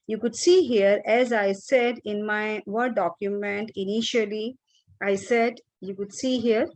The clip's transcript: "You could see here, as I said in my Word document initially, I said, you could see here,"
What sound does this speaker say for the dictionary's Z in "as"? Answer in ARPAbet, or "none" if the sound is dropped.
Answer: Z